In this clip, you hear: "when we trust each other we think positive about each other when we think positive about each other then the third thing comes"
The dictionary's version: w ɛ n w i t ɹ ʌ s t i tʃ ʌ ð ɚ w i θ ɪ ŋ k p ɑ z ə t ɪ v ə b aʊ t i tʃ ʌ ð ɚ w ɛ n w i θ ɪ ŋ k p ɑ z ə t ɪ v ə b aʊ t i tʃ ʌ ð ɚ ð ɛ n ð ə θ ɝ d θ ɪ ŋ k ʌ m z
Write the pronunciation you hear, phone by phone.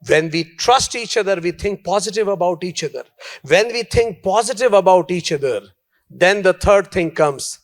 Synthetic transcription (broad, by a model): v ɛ n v i t ɹ ʌ s t i tʃ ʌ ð ɚ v i t ɪ ŋ k p ɑ z ə t ɪ v ə b aʊ t i tʃ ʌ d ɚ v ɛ n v i t ɪ ŋ k p ɑ z ə t ɪ v ə b aʊ t i tʃ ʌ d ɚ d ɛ n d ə t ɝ d t ɪ ŋ k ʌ m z